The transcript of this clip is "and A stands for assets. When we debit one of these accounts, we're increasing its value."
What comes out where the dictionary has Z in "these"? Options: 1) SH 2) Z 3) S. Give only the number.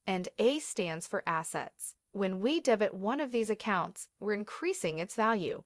2